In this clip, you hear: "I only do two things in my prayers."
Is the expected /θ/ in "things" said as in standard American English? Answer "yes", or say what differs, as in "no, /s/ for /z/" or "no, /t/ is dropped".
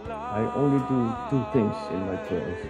no, /t/ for /θ/